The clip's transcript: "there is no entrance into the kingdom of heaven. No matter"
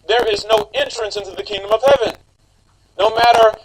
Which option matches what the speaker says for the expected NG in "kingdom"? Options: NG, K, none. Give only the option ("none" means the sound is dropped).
NG